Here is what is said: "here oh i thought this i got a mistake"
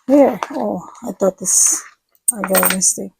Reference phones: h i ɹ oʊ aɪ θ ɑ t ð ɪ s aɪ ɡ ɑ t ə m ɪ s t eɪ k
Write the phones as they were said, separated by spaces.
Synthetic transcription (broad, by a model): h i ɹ oʊ aɪ t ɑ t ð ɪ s aɪ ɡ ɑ ə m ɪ s t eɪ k